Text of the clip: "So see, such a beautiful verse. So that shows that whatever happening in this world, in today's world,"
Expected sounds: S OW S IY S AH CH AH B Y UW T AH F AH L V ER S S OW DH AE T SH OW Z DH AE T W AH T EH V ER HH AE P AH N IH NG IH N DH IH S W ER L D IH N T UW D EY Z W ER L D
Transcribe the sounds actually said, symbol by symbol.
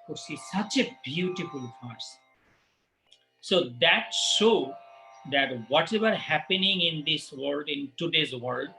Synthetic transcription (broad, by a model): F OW S IY S AH CH AH B Y UW T AH F AH L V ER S S OW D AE T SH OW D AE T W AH T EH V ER HH AE P AH N IH NG IH N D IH S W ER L D IH N T UW D EY Z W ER L D